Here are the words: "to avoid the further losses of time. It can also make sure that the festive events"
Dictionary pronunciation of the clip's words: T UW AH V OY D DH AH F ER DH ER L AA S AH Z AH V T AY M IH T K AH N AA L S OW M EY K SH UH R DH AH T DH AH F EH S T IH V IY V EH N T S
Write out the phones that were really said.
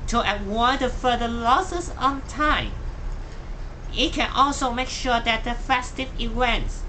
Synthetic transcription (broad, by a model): T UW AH W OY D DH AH F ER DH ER L AA S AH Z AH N T AY M IH T K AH N AA L S OW M EY K SH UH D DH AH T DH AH F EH S T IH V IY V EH N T S